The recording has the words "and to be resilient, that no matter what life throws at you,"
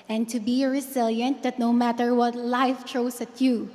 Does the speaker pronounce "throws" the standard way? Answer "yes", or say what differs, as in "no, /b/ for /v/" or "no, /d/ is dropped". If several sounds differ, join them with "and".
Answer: no, /t/ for /θ/